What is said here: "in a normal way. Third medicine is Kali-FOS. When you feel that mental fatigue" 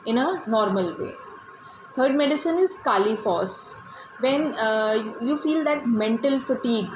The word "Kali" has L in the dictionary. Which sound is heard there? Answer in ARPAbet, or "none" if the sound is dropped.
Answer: L